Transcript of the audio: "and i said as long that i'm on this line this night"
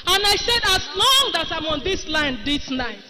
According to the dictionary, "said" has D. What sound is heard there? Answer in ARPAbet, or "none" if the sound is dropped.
D